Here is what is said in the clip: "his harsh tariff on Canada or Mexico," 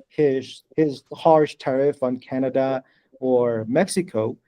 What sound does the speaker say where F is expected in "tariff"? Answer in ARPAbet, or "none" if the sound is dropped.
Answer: F